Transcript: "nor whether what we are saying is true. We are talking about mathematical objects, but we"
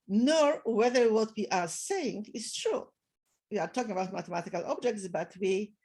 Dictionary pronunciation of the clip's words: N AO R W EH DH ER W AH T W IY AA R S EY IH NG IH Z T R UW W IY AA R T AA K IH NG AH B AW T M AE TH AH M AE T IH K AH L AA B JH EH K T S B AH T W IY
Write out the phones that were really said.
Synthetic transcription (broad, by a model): N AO R W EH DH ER W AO T W IY AA R S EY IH NG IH S T R UW W IY AA R T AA K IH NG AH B AW T M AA T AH M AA T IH K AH L AA B JH EH K T S B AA T W IY